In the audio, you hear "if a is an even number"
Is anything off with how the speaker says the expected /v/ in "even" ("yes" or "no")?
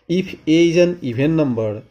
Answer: yes